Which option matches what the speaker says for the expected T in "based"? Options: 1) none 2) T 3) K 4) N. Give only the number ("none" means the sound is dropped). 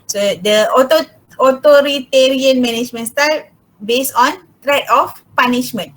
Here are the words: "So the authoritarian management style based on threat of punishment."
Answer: 1